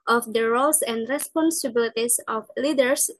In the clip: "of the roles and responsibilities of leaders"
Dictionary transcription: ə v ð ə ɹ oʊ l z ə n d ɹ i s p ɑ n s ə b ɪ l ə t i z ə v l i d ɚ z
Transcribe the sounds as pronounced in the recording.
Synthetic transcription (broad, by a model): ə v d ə ɹ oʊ l s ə n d ɹ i s p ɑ n s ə b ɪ l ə t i s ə f l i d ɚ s